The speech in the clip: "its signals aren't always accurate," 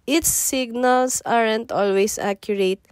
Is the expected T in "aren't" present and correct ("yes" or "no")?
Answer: yes